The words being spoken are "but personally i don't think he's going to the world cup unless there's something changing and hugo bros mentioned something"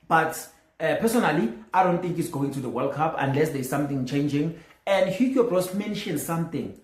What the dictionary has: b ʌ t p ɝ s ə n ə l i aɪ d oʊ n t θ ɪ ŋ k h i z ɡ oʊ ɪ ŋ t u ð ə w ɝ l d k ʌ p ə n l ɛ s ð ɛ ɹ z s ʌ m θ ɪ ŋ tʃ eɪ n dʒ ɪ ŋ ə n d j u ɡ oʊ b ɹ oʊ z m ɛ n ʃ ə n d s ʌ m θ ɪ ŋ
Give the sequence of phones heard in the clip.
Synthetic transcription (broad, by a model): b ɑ t p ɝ s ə n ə l i aɪ d oʊ n t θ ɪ ŋ k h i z ɡ oʊ ɪ ŋ t u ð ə w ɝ l k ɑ p ə n l ɛ s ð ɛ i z s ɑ m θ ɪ ŋ tʃ eɪ n dʒ ɪ ŋ ə n d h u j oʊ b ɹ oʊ s m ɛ n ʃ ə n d s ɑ m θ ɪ ŋ